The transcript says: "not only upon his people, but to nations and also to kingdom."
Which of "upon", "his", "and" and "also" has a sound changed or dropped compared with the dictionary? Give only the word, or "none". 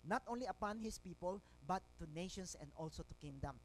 his